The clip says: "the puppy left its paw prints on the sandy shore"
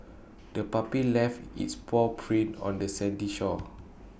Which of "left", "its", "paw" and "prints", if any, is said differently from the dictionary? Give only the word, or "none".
prints